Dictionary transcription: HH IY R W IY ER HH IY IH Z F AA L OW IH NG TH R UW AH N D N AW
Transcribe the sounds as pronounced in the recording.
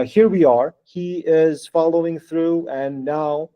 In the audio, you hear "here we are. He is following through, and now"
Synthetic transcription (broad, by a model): HH IY R W IY ER HH IY IH Z F AA L OW IH NG TH R UW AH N N AW